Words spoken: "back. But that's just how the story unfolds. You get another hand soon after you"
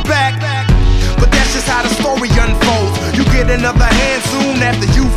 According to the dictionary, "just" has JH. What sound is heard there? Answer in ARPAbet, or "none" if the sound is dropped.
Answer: ZH